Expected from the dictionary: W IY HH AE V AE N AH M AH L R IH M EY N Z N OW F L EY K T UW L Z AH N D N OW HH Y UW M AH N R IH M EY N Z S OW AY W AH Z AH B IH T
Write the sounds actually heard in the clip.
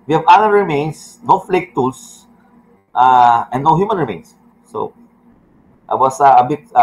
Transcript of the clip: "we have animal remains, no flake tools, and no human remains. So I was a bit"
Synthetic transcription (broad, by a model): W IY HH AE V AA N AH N R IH M EY N S N OW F L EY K T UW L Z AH N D N OW HH Y UW M AH N R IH M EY N S OW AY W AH S AH B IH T